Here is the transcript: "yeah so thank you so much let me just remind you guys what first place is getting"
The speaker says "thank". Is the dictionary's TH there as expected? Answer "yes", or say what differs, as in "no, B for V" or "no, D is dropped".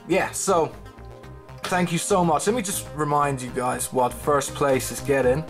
yes